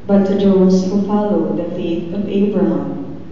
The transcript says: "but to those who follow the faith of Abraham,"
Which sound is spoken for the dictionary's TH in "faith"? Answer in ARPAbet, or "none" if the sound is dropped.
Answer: T